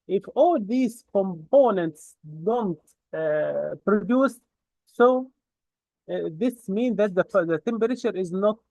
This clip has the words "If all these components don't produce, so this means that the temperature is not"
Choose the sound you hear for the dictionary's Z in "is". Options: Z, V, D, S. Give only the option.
Z